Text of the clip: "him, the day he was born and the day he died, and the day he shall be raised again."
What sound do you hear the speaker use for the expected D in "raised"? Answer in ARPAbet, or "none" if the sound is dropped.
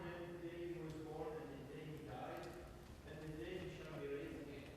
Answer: none